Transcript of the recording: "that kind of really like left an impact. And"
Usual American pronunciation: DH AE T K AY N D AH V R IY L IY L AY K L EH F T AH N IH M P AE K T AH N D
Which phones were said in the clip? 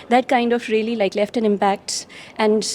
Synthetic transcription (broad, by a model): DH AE T K AY N D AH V R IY L IY L AY K L EH F T AH N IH M P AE K T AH N D